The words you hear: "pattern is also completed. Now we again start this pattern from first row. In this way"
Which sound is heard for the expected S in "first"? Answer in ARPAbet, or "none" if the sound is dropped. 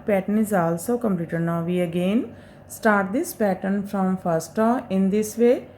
S